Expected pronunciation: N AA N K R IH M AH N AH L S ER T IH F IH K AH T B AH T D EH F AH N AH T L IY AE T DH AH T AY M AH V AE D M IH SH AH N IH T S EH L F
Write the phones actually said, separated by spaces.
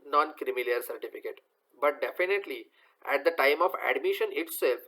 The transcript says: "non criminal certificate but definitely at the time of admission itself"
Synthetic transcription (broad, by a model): N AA N K R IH M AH L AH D S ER T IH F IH K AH T B AH T D EH F AH N AH T L IY AE T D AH T AY M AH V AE D M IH SH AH N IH T S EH L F